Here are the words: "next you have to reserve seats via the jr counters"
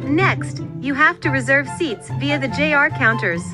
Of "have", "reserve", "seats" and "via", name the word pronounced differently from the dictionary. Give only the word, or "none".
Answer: have